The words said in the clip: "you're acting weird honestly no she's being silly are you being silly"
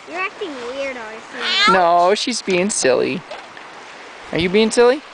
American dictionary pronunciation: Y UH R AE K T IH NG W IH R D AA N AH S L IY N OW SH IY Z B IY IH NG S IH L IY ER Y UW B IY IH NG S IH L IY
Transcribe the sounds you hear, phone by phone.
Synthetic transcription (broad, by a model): Y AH R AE K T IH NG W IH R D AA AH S IY N OW SH IY Z B IY IH NG S IH L IY ER Y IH B IY IH NG S IH L IY